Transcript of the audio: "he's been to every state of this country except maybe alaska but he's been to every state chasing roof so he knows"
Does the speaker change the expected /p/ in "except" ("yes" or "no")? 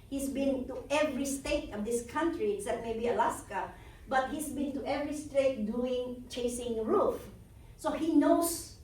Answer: yes